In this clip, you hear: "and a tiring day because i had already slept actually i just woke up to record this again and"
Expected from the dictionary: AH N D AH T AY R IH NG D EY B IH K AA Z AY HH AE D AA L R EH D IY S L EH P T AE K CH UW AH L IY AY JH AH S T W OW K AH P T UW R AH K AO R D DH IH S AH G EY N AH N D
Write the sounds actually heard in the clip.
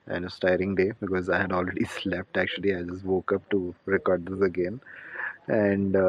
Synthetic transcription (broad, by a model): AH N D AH T AY R IH NG D EY B IH K AA Z AY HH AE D AA L R EH D IY S L EH P T AE K CH UW AH L IY AY JH AH S T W OW K AH P T UW R AH K AO R D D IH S AH G EY N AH N D